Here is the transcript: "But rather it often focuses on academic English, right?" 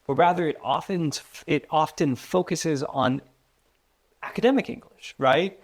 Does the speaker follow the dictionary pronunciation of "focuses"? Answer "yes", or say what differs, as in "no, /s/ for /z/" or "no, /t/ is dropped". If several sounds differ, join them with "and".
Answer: yes